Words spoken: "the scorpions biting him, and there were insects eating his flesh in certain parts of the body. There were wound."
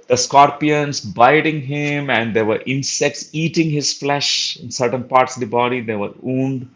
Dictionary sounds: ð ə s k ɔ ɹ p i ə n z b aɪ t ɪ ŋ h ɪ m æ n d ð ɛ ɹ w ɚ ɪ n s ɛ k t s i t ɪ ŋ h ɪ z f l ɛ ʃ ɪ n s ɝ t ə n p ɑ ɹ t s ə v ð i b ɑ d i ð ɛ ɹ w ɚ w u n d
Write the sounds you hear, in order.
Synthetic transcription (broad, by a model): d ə s k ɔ ɹ p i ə n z b aɪ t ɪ ŋ h ɪ m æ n d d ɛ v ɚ ɪ n s ɛ k t s i t ɪ ŋ h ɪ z f l ɛ ʃ ɪ n s ɝ t ə n p ɑ ɹ t s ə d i b ɑ d i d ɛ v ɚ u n d